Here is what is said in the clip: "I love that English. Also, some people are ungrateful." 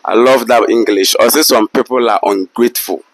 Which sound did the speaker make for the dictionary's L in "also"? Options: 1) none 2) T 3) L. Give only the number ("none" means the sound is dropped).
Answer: 1